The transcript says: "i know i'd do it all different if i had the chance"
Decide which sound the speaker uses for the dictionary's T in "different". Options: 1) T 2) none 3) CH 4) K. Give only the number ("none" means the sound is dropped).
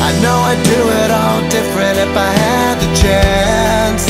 1